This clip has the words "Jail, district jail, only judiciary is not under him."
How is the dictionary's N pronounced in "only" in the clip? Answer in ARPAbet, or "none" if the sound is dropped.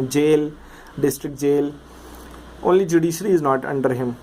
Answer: N